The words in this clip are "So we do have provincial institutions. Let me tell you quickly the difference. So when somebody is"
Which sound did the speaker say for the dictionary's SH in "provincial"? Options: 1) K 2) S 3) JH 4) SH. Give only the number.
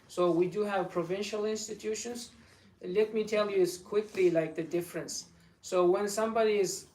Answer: 4